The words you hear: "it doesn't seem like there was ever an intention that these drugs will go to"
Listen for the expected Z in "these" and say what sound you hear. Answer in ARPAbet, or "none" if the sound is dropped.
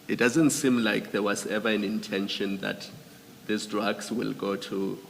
S